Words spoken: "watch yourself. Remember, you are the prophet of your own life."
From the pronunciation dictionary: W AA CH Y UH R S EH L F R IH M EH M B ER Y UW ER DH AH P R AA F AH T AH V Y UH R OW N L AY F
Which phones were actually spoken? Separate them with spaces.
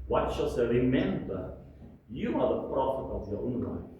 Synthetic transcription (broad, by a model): W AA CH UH L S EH R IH M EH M B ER Y UW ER DH AH P R AA F AH T AH V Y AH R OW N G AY